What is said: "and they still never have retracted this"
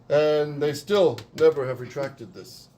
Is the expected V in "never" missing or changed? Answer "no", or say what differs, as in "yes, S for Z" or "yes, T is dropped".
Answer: no